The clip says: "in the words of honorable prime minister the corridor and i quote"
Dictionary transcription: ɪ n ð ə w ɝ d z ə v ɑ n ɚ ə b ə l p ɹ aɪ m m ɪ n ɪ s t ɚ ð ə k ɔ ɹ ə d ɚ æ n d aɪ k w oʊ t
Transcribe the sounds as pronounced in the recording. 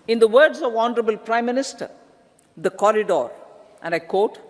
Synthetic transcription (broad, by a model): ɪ n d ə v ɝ d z ə v ɑ n ɚ ə b ə l p ɹ aɪ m m ɪ n ɪ s t ɚ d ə k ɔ ɹ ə d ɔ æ n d aɪ k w oʊ t